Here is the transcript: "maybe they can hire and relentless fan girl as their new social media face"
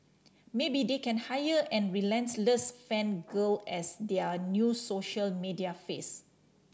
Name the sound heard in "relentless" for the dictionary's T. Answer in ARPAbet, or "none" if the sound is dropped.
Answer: S